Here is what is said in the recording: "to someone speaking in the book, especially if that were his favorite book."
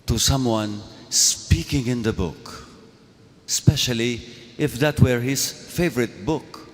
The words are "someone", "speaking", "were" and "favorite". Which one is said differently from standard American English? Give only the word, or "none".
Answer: none